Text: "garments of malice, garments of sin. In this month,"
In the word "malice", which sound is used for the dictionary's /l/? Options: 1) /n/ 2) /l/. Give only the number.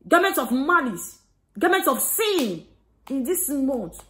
1